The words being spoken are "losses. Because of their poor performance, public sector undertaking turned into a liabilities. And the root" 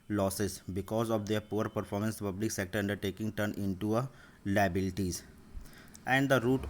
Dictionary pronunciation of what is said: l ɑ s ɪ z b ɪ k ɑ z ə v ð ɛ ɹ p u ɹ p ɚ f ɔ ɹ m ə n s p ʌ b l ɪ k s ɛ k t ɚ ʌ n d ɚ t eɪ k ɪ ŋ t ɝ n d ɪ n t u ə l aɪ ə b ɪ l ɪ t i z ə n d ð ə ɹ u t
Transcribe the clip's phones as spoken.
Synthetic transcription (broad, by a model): l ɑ s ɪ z b ɪ k ɑ z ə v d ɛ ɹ p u ɹ p ɚ f ɔ ɹ m ə n s p ʌ b l ɪ k s ɛ k t ɚ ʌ n d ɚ t eɪ k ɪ ŋ t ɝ n ɪ n t u ə l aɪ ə b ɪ l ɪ t i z ə n d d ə ɹ u t